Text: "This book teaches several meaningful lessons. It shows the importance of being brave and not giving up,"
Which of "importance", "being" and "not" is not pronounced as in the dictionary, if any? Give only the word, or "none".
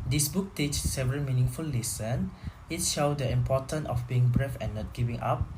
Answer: importance